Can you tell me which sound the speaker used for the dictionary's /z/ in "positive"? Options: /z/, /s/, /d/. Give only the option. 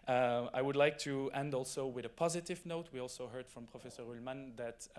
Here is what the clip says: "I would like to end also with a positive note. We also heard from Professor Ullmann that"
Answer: /z/